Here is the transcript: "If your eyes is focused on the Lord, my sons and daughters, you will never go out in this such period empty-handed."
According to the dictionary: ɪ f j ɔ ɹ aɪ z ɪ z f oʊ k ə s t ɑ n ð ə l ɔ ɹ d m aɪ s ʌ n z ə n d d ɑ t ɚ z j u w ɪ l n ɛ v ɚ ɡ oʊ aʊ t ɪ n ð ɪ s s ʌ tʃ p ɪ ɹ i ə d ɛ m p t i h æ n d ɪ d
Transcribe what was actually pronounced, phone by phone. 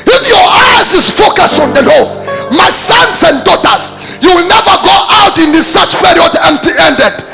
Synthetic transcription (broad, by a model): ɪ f j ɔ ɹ aɪ z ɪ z f oʊ k ə s t ɑ n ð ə l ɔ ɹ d m aɪ s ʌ n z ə n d d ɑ t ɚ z j u w ɪ l n ɛ v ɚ ɡ oʊ aʊ t ɪ n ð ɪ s s ʌ tʃ p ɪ ɹ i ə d ɛ m p t i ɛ n d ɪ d